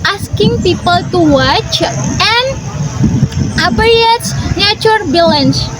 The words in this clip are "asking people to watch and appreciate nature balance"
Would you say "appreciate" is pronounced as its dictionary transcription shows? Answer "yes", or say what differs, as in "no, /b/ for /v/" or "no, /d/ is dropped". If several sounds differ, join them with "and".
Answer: no, /ʃ/ is dropped